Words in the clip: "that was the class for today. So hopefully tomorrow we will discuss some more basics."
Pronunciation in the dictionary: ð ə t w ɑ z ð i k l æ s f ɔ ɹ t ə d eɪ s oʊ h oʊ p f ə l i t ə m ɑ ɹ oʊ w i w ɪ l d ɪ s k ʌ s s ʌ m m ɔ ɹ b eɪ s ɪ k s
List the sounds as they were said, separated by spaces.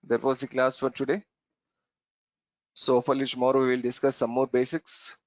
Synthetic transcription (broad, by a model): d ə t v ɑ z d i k l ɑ s f ɔ ɹ t ə d eɪ s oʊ oʊ f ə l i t m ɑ ɹ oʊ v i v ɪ l d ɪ s k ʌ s s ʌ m m ɔ ɹ b eɪ s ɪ k s